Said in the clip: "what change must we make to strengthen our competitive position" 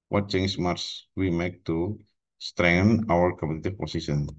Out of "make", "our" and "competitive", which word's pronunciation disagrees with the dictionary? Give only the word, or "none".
competitive